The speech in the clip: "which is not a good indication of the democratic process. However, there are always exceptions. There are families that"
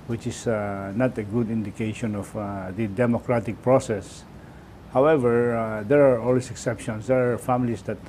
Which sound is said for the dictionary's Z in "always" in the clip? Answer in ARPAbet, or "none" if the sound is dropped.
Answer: S